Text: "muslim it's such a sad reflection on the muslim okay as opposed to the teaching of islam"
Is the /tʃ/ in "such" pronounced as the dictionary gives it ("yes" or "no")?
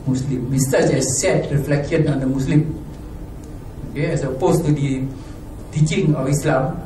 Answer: no